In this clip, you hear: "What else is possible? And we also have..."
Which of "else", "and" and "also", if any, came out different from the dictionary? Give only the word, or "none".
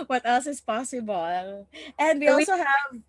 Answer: none